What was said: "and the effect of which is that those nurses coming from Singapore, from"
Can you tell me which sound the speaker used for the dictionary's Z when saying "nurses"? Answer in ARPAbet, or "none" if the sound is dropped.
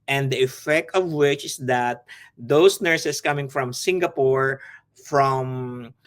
S